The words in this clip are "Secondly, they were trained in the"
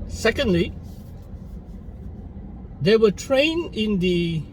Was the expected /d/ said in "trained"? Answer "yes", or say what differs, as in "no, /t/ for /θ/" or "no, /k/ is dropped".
no, /d/ is dropped